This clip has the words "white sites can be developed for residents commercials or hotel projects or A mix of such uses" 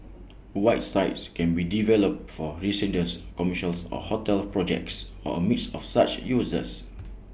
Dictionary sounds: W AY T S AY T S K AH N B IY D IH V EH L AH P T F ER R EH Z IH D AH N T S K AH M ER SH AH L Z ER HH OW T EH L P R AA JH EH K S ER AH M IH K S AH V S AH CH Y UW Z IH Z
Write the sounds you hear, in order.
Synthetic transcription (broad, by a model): W AY T S AY T S K AH N B IY D IH V EH L AH P T F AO R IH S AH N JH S K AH M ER SH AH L S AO HH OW T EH L P R AA JH EH K S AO AH M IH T S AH F S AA CH Y UW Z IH S